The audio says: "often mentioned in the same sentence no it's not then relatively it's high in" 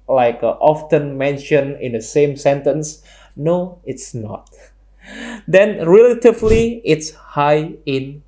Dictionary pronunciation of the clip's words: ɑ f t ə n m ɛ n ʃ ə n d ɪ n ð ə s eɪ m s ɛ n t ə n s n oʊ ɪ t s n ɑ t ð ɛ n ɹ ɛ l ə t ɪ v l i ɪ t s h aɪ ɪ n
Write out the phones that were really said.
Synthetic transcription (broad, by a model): ɑ f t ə n m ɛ n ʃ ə n ɪ n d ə s eɪ m s ɛ n t ə n s n oʊ ɪ t s n ɑ t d ɛ n ɹ ɛ l ə t ɪ v l i ɪ t s h aɪ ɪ n